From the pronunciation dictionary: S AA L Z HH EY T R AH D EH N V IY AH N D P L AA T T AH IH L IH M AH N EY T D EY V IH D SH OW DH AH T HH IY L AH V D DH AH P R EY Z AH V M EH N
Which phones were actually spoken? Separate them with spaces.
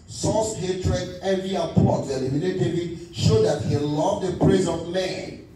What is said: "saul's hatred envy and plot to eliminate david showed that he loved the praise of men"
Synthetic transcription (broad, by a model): S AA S HH EY T R AH D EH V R IY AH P AA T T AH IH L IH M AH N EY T D EY V IH D SH OW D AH T HH IY L AH V D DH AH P R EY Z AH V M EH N